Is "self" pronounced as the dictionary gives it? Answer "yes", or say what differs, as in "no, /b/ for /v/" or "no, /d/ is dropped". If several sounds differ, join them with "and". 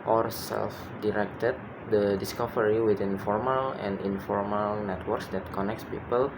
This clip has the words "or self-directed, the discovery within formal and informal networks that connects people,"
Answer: yes